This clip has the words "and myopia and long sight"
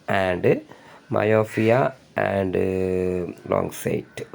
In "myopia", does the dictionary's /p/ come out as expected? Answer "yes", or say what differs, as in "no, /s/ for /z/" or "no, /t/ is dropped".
no, /f/ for /p/